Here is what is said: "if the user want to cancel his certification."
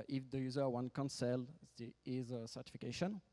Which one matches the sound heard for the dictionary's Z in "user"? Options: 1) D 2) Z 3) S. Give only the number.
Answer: 2